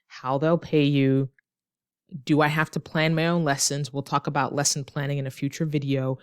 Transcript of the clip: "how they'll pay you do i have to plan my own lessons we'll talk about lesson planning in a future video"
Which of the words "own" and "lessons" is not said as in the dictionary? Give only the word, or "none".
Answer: none